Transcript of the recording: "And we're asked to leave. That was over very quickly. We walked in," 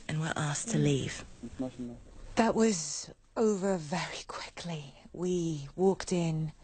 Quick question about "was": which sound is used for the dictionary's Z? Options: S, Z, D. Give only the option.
Z